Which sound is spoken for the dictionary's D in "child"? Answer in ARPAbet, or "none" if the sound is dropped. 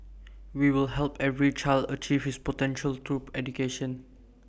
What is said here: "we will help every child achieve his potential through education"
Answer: D